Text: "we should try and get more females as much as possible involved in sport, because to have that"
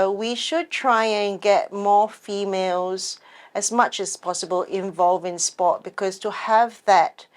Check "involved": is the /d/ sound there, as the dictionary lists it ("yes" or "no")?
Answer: no